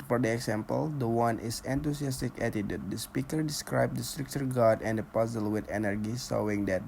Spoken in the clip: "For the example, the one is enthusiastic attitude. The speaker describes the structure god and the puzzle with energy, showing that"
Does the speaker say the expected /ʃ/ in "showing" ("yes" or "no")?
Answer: no